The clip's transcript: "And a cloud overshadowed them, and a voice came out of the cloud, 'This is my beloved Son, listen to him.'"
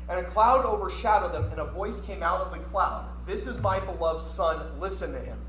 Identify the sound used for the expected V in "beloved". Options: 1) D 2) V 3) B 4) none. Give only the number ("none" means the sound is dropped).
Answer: 2